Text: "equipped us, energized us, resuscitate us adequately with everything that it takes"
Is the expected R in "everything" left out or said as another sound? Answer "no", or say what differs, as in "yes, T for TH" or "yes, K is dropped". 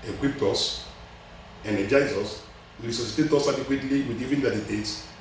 yes, R is dropped